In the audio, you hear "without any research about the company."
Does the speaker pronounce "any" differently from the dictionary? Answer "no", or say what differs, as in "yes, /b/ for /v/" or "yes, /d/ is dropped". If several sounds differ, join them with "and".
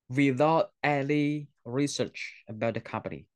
yes, /l/ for /n/